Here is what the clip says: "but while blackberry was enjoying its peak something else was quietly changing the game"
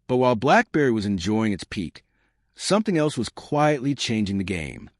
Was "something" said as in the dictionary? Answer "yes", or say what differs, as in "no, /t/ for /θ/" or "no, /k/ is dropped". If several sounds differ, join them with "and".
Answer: yes